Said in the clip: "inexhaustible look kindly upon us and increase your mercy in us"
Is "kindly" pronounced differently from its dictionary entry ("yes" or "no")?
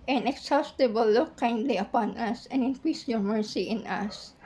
no